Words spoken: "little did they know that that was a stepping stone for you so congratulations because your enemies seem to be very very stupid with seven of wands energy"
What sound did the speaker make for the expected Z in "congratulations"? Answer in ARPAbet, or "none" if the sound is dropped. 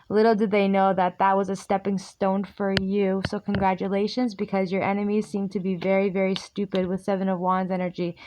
Z